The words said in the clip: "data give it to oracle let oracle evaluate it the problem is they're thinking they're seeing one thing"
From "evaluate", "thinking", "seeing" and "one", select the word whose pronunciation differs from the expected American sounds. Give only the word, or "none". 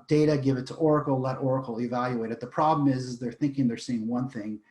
none